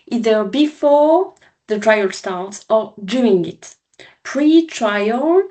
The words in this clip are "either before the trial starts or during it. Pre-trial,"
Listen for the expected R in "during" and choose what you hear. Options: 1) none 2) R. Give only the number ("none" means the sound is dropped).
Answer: 1